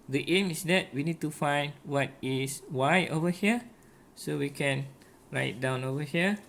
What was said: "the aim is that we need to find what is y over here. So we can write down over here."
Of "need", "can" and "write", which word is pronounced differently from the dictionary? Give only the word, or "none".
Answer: none